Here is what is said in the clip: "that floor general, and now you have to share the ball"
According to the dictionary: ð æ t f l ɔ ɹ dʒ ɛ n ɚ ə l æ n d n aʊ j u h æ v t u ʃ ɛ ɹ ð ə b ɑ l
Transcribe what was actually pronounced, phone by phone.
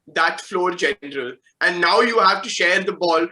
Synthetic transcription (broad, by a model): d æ t f l ɔ ɹ dʒ ɛ n ɚ ə l æ n d n aʊ j u h æ v t u ʃ ɛ ɹ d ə b ɑ l